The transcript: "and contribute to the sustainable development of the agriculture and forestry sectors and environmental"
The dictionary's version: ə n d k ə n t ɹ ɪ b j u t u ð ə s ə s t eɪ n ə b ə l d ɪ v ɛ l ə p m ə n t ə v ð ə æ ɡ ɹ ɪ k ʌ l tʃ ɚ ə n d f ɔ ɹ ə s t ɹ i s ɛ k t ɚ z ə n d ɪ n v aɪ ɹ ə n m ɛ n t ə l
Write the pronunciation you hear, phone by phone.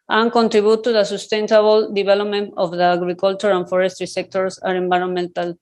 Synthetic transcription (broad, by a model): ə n k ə n t ɹ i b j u t u ð ə s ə s t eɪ n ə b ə l d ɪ b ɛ l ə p m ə n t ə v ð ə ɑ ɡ ɹ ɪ k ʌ l tʃ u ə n f ɔ ɹ ə s t ɹ i s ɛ k t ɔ s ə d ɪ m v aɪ ɹ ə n m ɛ n t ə l